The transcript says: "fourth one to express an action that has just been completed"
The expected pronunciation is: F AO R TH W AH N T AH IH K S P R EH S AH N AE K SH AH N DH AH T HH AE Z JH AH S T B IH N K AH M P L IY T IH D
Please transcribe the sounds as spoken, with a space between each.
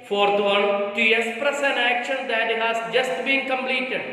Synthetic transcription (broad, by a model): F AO R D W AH L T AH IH S P R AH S AH N AE K SH AH N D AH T HH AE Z JH AH S T B IH N K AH M P L IY T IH D